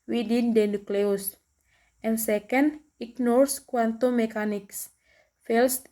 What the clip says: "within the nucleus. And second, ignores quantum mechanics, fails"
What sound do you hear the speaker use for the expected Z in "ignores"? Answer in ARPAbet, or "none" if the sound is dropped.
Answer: S